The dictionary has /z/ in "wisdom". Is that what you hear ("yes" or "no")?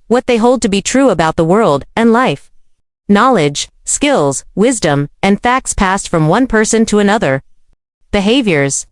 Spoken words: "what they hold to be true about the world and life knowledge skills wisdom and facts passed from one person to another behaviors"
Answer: yes